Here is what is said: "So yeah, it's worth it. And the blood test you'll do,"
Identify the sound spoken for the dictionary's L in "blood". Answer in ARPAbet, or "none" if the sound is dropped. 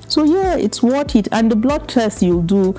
L